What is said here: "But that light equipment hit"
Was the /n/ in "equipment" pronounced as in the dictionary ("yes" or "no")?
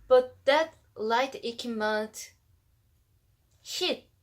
no